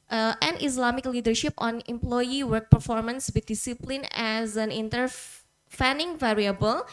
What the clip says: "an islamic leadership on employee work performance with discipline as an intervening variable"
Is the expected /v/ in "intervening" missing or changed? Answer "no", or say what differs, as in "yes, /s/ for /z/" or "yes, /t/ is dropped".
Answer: yes, /f/ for /v/